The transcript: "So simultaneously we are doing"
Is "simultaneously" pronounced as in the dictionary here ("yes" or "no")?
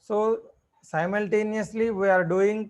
yes